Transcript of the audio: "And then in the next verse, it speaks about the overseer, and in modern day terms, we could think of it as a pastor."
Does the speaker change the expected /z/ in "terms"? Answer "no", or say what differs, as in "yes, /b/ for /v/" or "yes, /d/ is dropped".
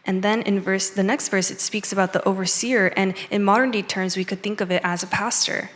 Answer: no